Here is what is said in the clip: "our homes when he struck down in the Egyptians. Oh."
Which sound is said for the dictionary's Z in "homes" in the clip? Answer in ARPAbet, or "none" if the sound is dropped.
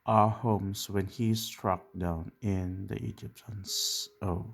S